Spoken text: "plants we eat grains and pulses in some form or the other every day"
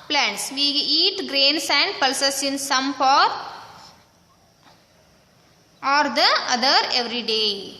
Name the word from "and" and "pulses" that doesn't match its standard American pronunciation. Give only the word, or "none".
pulses